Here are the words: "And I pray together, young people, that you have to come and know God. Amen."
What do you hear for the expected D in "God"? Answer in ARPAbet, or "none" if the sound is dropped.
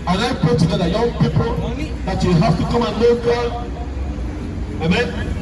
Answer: none